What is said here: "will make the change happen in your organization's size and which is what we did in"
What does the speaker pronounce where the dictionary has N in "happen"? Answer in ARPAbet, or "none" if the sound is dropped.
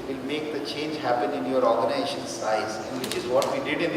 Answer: N